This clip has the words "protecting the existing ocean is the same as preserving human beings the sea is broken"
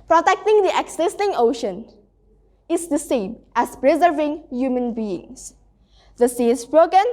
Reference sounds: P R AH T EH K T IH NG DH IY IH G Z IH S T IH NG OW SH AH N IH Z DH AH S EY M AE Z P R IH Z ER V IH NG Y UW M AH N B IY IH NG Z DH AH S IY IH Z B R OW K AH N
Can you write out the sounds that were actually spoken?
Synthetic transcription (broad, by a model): P R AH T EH K T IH NG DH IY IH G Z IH S T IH NG OW SH AH N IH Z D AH S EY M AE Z P R IH Z ER V IH NG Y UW M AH N B IY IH NG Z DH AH S IY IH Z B R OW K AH N